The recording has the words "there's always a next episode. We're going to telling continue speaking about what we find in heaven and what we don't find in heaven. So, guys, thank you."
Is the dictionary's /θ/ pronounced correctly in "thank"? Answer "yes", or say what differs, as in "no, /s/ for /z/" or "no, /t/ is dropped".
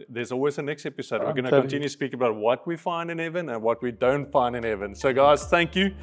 yes